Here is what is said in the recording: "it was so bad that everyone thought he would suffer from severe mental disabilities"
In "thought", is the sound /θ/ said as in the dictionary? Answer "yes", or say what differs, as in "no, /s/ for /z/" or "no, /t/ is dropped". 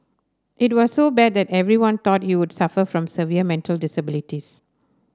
no, /t/ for /θ/